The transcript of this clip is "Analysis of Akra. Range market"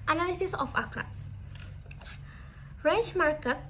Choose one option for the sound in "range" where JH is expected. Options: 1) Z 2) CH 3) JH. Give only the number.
2